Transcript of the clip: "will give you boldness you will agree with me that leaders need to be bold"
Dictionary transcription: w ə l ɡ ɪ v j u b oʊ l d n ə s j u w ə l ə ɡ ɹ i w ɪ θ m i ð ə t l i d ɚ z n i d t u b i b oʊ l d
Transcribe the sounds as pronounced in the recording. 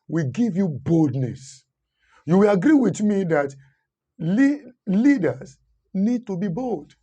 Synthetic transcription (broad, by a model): w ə ɡ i v j u b oʊ l d n ə s j u w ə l ə ɡ ɹ i w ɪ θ m i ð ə t l i d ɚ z n i d t u b i b oʊ l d